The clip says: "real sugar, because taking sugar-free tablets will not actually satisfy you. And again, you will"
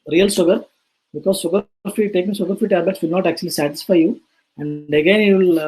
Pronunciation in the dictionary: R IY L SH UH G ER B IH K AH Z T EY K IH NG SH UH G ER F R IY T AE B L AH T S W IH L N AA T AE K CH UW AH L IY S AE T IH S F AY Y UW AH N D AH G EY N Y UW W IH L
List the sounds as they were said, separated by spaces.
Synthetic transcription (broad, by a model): R IY L S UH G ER B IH K AH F T EY K IH NG S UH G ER F IY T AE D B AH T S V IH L N AA T AE K CH UW AH L IY S AE T IH S F AY Y UW AH N D AH G EY N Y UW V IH L